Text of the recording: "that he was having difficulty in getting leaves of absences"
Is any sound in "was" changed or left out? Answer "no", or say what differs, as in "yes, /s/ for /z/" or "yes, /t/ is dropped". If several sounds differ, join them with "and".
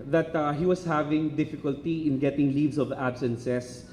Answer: yes, /s/ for /z/